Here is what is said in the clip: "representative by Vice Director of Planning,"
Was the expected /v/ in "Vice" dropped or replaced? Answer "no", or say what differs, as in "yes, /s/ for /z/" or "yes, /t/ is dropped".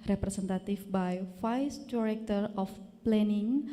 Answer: yes, /f/ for /v/